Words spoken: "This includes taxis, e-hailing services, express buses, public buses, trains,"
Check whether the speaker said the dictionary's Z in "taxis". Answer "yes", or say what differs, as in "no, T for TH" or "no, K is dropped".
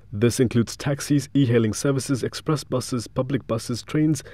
yes